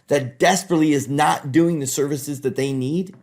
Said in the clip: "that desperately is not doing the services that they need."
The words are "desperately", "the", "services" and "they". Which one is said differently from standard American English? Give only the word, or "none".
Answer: none